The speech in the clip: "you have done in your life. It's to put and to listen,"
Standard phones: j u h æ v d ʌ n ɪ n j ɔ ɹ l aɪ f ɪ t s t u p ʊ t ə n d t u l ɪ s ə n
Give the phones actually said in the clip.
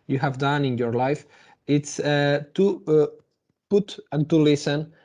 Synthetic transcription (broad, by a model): j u h æ v d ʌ n ɪ n j ɔ ɹ l aɪ f ɪ t s t u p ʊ t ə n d t u l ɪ s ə n